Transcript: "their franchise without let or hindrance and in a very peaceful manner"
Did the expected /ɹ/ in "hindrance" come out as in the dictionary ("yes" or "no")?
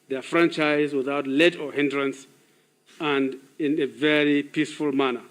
yes